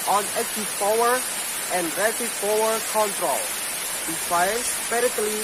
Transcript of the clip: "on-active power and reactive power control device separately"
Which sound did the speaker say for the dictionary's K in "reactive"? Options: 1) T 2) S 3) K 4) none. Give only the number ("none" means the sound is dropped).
4